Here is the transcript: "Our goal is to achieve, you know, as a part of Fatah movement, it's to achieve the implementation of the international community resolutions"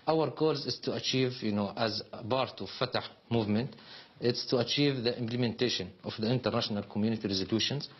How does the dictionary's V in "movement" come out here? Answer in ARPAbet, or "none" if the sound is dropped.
V